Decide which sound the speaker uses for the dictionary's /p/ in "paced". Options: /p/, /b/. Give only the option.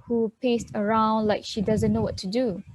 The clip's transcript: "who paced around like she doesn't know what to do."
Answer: /p/